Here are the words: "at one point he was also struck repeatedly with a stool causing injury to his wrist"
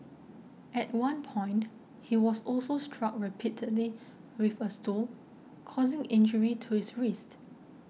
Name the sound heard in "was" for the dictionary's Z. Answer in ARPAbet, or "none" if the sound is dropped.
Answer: S